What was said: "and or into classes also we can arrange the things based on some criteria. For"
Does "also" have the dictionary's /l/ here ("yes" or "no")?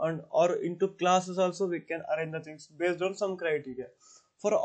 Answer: yes